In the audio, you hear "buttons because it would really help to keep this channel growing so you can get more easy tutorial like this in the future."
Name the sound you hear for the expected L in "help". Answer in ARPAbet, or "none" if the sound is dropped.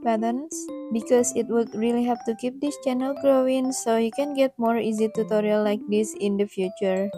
none